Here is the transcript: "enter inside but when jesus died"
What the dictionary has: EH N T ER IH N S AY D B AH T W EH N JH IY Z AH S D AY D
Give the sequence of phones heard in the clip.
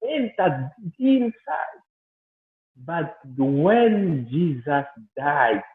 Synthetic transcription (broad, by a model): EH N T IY IH N S AY D B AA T W EH N JH IY Z AH S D AY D